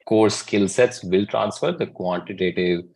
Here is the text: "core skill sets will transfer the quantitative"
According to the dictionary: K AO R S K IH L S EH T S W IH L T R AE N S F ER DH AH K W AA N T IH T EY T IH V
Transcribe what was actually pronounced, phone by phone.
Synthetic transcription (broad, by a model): K AO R S K IH L S EH T S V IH L T R AE N S F ER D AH K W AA N T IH T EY T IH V